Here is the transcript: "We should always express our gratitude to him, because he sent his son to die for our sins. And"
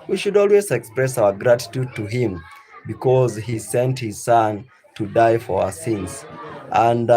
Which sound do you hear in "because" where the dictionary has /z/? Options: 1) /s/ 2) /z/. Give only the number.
2